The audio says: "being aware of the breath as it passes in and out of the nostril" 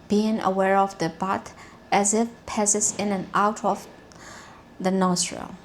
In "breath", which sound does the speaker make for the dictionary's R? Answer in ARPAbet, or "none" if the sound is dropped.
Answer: none